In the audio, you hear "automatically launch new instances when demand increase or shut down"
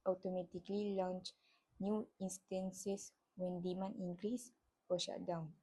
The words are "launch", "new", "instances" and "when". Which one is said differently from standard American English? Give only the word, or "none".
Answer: instances